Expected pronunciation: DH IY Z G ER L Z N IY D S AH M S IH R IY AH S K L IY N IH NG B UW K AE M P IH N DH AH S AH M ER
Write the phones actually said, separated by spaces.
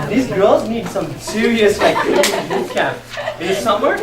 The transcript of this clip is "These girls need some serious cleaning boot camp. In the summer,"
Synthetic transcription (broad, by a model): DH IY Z G ER L Z N IY D S AH M S IH R IY AH S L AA IH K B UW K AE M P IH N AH S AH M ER